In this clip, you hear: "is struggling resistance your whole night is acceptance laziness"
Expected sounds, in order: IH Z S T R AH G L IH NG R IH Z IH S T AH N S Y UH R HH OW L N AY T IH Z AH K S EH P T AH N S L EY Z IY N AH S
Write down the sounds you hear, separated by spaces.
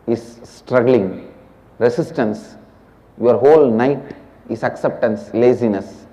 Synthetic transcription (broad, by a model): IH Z S T R AH G L IH NG R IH S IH S T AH N S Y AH R HH OW L N AY T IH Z AH K S EH P T AH N S L EY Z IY N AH S